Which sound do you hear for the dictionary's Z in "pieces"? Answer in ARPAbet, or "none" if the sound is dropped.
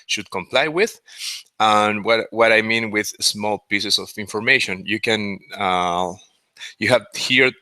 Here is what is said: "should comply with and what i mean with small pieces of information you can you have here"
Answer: S